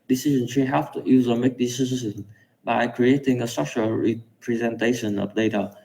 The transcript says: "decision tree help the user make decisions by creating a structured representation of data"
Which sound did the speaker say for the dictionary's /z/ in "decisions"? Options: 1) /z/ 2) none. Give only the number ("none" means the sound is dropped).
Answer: 2